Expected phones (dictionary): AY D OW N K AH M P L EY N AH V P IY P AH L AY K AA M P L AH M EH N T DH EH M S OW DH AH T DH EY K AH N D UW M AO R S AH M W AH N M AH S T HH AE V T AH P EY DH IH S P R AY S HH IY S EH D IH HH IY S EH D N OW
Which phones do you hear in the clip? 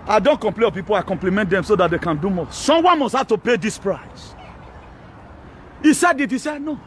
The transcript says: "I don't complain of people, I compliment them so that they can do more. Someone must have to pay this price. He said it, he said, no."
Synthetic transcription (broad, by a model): AY D OW N K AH M P L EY AH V P IY P AH L AY K AA M P L AH M EH N T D EH M S OW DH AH T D EY K AH N D UW M AO S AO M W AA N M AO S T HH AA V T AH P EY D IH S P R AY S IY S EH D IH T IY S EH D N OW